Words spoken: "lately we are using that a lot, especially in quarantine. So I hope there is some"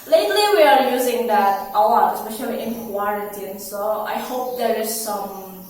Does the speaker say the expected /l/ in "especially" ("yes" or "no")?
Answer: no